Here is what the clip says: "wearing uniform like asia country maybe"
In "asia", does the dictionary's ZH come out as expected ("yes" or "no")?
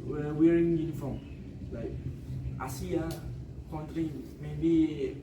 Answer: no